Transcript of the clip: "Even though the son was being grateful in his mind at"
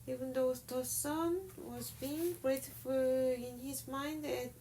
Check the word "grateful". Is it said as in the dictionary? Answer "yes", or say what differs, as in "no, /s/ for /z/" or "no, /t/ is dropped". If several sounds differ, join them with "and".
no, /f/ is dropped